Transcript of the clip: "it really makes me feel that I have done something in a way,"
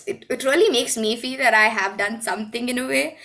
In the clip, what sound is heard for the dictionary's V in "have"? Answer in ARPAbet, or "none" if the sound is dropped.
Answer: V